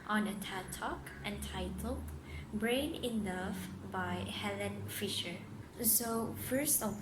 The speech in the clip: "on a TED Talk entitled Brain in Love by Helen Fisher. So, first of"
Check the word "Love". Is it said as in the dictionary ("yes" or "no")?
no